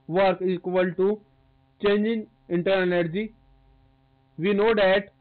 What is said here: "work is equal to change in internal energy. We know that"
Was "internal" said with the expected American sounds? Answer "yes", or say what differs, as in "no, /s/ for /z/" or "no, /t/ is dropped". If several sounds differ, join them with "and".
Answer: no, /n/ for /l/